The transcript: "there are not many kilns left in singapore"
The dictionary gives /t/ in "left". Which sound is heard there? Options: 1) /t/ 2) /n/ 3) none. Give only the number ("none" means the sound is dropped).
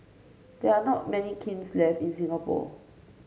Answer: 3